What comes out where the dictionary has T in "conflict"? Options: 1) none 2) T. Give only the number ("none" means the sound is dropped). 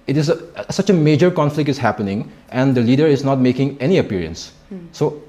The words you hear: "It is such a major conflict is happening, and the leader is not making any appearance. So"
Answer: 2